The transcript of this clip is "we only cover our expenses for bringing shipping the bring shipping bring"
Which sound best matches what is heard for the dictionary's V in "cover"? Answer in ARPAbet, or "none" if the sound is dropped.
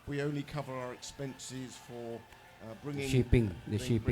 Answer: V